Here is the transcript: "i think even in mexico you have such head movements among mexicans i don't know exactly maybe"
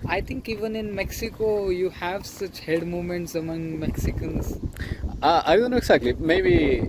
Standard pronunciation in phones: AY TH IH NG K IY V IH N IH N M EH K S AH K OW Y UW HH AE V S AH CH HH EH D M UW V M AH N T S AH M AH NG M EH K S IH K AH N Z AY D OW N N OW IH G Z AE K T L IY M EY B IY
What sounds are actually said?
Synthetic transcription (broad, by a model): AY T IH NG K IY V IH N IH N M EH K S AH K OW Y UW HH AE V S AH CH HH EH D M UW M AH N T S AH M AH NG M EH K S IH K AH N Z AY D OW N N OW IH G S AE K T L IY M EY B IY